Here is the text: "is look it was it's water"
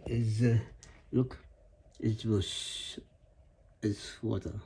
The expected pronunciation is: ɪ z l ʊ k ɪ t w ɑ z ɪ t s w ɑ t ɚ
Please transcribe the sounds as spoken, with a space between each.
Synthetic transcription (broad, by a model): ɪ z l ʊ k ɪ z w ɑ s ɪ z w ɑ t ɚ